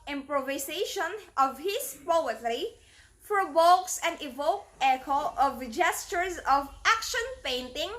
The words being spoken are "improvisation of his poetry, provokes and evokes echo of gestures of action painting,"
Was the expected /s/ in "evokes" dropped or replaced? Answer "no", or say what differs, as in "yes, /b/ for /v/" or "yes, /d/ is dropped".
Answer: yes, /s/ is dropped